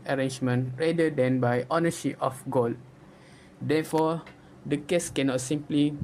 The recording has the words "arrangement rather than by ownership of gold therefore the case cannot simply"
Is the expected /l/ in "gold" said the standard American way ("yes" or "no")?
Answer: yes